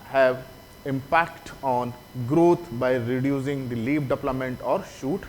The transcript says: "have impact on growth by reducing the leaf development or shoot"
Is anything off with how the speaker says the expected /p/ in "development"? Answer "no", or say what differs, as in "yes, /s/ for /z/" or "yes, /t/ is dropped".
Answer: yes, /p/ is dropped